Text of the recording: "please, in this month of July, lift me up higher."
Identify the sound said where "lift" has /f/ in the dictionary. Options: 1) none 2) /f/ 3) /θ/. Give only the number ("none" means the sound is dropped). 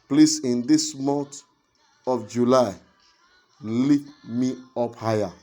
1